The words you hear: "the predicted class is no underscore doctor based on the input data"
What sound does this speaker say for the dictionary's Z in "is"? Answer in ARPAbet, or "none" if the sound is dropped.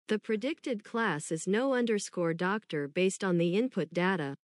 Z